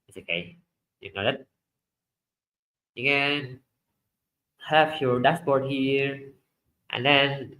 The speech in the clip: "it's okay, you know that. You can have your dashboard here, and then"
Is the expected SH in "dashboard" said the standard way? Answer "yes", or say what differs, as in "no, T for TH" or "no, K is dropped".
no, S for SH